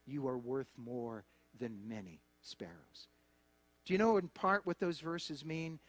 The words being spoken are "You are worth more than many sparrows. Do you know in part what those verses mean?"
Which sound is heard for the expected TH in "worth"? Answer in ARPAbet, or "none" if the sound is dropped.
TH